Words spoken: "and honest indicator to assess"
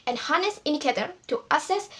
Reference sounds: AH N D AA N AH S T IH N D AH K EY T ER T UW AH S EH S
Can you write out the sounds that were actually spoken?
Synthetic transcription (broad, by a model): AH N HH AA N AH S IH N D AH K EY T ER T UW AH S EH S